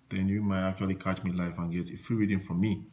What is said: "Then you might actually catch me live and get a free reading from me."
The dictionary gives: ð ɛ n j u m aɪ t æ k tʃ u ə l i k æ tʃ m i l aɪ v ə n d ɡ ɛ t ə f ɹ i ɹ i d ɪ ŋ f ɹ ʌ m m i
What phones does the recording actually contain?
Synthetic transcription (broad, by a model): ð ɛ n j u m aɪ t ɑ k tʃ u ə l i k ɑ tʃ m i l aɪ f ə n ɡ ɛ t ə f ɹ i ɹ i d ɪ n f ɹ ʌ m m i